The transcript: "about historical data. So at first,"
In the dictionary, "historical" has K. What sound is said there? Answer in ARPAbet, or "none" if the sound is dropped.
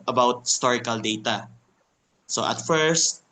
K